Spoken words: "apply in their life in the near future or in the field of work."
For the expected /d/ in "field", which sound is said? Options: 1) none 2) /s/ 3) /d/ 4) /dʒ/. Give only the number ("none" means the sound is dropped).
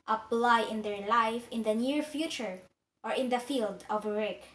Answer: 3